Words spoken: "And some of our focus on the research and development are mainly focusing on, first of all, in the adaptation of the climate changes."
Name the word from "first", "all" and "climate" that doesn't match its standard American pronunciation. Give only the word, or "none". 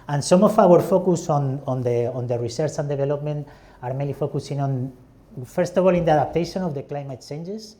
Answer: none